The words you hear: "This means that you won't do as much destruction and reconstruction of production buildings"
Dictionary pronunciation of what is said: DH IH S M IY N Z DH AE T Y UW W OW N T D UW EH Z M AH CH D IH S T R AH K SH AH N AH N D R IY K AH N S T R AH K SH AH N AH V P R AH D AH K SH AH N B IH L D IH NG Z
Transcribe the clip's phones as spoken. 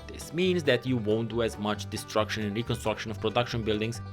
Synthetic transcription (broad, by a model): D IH S M IY N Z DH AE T Y UW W OW N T D UW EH Z M AH CH D IH S T R AH K SH AH N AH N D R IY K AH N S T R AH K SH AH N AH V P R AH D AH K SH AH N B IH L D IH NG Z